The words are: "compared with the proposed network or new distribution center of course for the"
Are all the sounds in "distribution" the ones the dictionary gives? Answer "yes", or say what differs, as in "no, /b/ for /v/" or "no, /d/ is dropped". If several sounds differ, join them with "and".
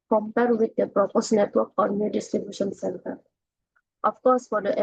yes